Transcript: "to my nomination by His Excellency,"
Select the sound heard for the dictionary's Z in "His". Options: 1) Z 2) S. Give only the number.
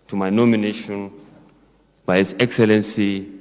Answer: 2